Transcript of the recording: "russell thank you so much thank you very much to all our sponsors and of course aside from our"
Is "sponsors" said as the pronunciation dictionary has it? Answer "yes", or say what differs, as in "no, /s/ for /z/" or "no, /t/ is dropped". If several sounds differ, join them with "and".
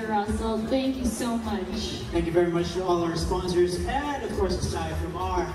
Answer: yes